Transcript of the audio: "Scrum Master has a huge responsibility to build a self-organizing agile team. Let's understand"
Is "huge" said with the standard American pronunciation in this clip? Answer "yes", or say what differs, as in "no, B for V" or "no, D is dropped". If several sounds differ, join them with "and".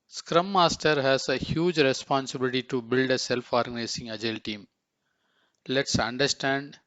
yes